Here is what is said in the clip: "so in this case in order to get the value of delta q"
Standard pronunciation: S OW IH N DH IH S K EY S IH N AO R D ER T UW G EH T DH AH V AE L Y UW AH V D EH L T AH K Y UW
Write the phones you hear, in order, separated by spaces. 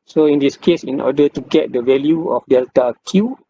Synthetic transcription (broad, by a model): S OW IH N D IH S K EY S IH N AO D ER T UW G EH T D AH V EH L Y UW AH F D EH L T AH K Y UW